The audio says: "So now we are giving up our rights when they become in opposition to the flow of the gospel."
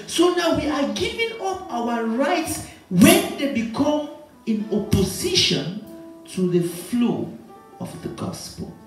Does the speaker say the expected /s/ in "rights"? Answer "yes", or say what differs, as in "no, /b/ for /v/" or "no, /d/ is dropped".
yes